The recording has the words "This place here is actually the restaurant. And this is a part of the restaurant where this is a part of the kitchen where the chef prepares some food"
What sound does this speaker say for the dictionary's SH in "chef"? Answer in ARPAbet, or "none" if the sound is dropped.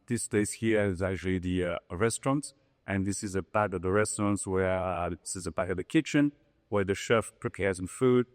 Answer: SH